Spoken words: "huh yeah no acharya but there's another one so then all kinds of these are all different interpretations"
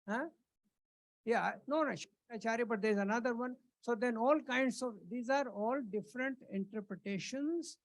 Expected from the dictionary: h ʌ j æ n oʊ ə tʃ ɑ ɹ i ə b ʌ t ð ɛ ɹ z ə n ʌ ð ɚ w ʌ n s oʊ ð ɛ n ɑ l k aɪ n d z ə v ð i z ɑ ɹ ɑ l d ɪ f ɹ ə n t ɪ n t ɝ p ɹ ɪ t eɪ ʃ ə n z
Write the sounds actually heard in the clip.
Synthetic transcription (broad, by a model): h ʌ j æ n oʊ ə ʃ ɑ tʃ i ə b ʌ t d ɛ ɹ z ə n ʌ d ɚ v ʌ n s oʊ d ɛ n ɑ l k aɪ n d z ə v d i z ɑ ɹ ɑ l d ɪ f ɹ ə n t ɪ n t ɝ p ɹ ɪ t eɪ ʃ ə n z